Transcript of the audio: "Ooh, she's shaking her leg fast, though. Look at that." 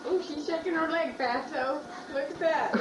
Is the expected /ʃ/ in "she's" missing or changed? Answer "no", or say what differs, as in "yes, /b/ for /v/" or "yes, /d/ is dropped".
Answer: no